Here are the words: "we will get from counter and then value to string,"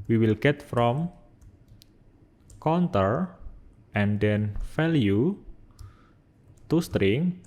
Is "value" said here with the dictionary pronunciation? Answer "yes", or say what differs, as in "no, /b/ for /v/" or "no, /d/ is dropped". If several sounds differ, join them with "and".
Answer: no, /f/ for /v/